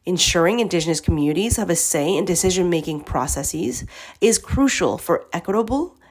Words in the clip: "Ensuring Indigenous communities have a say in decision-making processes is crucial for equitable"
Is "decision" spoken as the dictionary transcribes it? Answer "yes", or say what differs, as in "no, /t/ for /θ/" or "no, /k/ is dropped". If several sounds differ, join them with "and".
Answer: yes